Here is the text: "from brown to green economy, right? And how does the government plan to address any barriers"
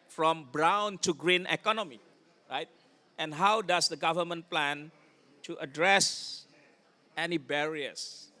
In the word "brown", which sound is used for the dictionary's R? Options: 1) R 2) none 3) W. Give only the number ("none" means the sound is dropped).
1